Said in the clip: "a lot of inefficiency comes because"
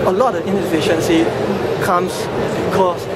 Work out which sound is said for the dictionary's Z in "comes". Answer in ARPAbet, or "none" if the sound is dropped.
S